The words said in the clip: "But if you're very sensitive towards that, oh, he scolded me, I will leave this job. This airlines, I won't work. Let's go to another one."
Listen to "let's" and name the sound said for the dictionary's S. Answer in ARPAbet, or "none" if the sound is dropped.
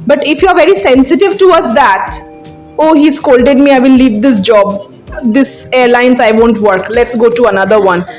S